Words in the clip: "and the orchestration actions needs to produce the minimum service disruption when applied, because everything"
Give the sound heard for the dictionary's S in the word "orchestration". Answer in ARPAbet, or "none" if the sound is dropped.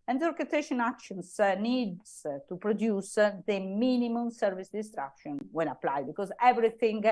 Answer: none